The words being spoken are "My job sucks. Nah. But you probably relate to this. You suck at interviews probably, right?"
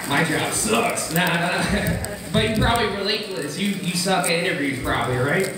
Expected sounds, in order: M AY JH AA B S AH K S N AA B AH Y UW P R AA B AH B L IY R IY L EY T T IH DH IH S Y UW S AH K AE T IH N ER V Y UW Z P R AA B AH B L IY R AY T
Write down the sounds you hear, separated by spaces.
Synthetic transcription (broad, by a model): M AY JH AA B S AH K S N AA B AH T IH P R AA B AH B L IY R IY L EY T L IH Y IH Y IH S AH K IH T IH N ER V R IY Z P R AA B AH B L IY R AY T